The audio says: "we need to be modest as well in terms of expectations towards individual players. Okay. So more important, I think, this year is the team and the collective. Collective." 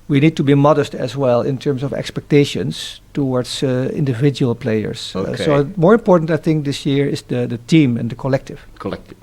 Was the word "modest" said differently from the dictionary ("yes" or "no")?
no